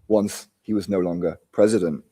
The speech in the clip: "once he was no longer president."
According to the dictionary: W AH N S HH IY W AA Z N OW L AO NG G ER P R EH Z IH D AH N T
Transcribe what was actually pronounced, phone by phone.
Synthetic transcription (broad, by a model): W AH N S HH IY W AA Z N OW L AO NG G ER P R EH Z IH D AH N T